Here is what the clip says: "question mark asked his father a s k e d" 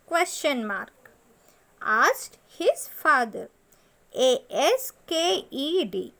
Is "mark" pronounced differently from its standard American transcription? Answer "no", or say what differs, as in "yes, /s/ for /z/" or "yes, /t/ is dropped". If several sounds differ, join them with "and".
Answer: no